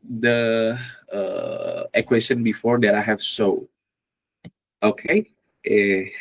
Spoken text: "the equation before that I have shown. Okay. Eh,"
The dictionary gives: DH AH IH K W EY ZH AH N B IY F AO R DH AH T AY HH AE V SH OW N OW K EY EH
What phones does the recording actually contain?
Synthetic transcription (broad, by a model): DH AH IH K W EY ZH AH N B IY F AO R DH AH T AY HH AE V S OW OW K EY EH